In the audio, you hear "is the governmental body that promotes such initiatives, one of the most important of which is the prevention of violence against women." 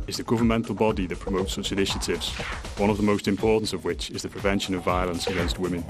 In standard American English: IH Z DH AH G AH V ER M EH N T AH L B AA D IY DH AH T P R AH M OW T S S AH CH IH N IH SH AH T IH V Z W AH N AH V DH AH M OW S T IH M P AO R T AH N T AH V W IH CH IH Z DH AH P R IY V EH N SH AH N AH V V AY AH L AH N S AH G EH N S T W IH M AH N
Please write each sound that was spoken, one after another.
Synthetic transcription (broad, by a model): IH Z DH AH G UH V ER M EH N T L B AA D IY DH AH T P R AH M OW T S S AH CH IH N IH SH AH T IH V Z W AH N AH V DH AH M OW S T IH M P AO R T N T AH V W IH CH IH Z DH AH P R IY V EH N SH AH N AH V V AY AH L AH N S AH G EH N S T W IH M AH N